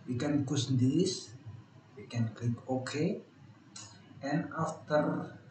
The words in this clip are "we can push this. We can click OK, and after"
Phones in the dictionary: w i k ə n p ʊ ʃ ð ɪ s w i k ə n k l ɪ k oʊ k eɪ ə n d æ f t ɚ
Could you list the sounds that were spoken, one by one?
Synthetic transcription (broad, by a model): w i k ə n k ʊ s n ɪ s w i k ə n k ɪ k oʊ k eɪ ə n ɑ f t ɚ